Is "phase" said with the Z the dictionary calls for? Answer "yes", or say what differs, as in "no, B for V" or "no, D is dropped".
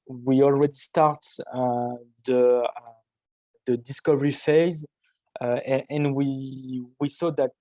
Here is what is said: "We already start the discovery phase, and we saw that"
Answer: yes